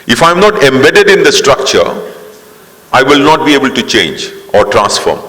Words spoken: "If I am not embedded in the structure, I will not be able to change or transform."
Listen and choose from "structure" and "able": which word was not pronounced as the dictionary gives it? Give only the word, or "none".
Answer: none